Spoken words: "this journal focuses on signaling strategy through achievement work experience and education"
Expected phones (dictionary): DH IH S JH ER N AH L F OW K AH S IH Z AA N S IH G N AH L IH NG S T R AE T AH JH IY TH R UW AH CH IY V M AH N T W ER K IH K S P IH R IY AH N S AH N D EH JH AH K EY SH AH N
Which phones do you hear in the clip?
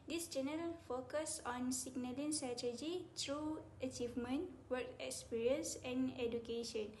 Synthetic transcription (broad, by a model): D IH S JH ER N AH L F OW K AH S AA N S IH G N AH L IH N S T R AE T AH JH IY T R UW AH CH IY V M AH N T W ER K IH K S P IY R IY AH N S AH N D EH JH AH K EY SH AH N